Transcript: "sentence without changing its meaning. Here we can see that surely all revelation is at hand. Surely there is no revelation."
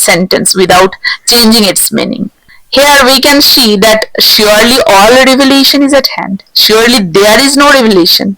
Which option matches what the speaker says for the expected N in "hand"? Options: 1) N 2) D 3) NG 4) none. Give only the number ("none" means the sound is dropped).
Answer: 1